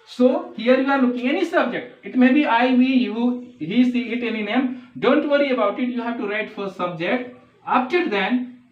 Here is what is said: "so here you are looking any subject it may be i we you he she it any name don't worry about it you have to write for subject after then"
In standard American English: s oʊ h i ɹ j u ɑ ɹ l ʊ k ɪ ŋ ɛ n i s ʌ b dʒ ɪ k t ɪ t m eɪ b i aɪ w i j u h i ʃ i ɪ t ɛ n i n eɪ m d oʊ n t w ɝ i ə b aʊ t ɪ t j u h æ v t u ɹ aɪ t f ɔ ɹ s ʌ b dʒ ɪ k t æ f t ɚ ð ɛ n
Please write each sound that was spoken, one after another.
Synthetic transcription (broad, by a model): s oʊ h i ɹ j u ɑ ɹ l ʊ k ɪ ŋ ɛ n i s ʌ b dʒ ɪ k t ɪ t m eɪ b i aɪ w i j u h i s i ɪ t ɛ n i n eɪ m d oʊ n t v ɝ i ə b aʊ t ɪ t j u h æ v t u ɹ aɪ t f ɔ ɹ s ʌ b dʒ ɪ k t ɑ p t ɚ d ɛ n